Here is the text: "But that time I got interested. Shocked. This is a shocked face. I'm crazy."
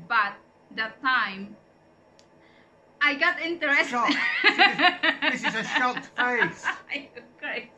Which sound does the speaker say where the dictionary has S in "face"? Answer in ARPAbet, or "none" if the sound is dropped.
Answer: none